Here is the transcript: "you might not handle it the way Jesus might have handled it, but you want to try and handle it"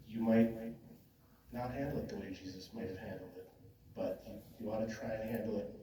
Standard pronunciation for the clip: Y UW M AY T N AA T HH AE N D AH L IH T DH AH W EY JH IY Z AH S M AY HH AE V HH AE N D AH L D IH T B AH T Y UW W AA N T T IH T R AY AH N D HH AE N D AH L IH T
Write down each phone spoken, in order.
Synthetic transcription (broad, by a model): Y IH M AY T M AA T HH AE N D L IH T DH AH W EY JH IY Z AH S M AY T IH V HH AE N D L D IH T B AH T Y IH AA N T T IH T R AY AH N HH AE N D L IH T